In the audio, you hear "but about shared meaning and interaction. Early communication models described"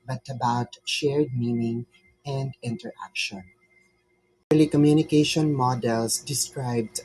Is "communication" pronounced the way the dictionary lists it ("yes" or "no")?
yes